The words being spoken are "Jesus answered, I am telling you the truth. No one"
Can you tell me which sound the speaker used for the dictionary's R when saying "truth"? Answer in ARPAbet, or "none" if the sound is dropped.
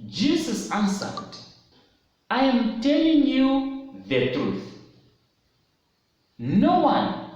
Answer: R